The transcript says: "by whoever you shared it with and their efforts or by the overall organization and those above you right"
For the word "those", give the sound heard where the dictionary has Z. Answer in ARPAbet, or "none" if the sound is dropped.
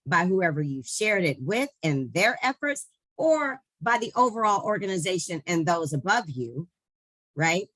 Z